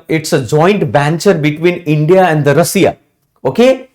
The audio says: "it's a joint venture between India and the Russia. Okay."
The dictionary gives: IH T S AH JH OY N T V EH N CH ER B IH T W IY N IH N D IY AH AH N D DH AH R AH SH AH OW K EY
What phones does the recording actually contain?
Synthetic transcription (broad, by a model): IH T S AH JH OY N T B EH N CH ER B IH T W IY N IH N D IY AH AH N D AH R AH S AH OW K EY